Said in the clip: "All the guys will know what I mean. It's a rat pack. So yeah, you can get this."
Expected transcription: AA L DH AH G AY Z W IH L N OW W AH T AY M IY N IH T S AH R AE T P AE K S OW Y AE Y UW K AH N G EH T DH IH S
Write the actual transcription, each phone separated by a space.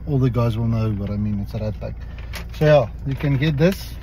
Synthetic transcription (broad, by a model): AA L DH AH G AY Z W IH L N OW W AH T AY M IY N IH T S AH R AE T B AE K S OW Y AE Y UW K AH N G EH T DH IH S